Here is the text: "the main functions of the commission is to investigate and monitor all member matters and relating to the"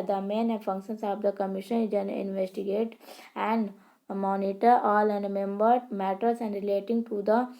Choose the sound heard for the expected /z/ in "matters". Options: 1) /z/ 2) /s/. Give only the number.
2